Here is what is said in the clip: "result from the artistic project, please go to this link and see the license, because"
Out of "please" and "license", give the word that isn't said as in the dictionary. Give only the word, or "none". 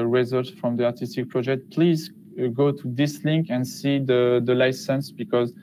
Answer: none